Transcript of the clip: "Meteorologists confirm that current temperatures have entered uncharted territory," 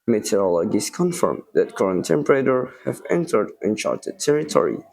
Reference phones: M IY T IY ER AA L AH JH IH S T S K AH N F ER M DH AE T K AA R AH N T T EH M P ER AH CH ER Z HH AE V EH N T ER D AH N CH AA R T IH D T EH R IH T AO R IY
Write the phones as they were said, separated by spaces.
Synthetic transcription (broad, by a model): M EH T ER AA L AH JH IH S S K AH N F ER M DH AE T K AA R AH N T T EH M P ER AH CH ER HH AE V EH N T ER D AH N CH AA R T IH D T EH R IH T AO R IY